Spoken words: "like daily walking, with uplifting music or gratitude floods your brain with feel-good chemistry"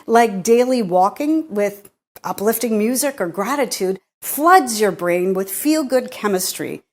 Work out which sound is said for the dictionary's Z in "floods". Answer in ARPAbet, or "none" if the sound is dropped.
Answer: Z